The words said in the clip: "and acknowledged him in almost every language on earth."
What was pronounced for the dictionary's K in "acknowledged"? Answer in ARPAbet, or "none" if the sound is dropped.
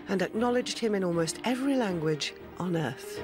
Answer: K